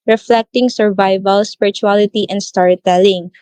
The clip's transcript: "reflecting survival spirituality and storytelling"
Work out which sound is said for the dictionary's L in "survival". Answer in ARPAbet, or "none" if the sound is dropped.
L